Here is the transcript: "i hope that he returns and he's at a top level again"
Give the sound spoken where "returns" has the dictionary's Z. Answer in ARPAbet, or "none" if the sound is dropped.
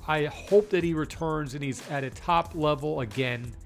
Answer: Z